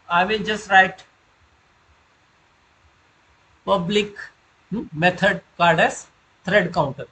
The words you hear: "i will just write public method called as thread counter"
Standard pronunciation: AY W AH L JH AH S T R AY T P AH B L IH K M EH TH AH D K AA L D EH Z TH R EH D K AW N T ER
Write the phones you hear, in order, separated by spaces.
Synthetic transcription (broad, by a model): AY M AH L JH AH S T R AY T P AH B L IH K M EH T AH D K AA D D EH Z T R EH D K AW N T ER